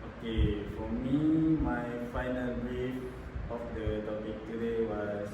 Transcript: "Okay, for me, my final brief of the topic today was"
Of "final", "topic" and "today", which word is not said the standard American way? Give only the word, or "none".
none